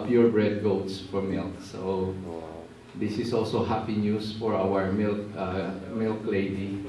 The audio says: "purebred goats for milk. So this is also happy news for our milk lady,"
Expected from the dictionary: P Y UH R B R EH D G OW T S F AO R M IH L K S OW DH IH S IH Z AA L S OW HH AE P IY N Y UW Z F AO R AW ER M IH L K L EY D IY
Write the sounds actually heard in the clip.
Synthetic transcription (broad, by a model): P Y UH R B R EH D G OW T S F AO R M IH L K S OW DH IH S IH S AA L S OW HH AE P IY N Y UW S F AO R AW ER M IH L K L EY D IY